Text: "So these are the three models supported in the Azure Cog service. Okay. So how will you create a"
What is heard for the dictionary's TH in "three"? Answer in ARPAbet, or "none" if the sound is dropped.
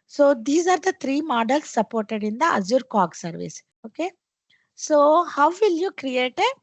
T